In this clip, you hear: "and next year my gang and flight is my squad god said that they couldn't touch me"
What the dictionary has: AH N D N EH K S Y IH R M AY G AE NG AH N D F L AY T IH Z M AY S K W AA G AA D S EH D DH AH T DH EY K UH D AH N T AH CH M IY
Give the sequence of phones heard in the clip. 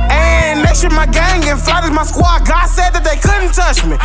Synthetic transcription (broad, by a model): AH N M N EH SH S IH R M AY G AE NG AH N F AY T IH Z M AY S K W AA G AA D S EH D DH AH T DH EY K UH D N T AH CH M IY